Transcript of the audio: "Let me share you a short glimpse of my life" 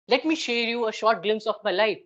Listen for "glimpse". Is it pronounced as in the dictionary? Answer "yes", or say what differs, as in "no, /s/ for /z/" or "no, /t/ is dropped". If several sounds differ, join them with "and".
yes